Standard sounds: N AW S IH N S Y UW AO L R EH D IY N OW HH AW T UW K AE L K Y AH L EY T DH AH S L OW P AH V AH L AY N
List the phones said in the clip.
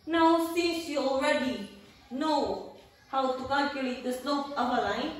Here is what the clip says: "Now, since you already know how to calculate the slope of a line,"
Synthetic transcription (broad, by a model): N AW S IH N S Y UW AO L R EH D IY N OW HH AW T UW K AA K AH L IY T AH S N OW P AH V AH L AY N